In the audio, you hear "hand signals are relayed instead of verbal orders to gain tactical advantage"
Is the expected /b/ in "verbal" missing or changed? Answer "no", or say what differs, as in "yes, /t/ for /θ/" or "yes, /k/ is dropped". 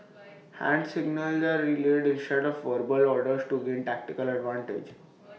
no